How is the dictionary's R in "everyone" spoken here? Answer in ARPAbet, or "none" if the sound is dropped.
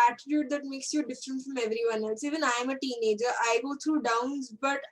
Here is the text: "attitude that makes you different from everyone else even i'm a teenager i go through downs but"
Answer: R